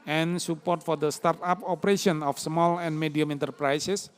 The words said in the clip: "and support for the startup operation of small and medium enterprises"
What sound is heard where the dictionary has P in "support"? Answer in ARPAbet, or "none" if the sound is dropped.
P